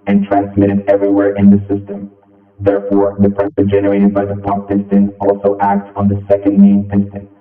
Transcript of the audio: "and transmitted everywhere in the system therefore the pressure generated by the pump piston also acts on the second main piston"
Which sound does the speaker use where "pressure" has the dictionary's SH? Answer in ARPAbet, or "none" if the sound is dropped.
S